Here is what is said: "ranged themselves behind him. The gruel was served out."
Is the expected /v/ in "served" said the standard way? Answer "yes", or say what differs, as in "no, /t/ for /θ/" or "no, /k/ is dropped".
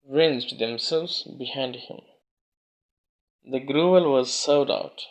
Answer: no, /v/ is dropped